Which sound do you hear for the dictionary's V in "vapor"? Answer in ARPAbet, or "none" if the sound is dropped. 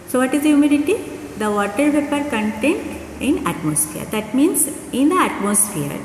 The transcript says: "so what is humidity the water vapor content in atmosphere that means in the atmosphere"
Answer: P